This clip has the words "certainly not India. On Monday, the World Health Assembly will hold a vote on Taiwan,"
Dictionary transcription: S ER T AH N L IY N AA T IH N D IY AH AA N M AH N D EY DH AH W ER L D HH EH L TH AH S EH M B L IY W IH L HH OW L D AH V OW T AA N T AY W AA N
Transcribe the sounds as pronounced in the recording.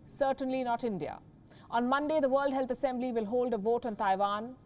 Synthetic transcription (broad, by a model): S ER T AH N L IY N AA T IH N D IY AH AA N M AH N D EY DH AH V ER L D HH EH L T AH S EH M B L IY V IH L HH OW L D AH V OW T AA N T AY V AA N